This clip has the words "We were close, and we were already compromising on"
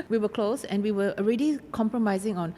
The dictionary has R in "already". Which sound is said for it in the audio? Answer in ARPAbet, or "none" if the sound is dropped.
R